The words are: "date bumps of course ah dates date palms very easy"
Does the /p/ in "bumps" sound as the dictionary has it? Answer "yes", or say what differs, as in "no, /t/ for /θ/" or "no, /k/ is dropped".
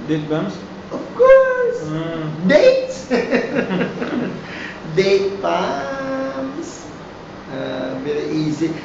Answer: no, /p/ is dropped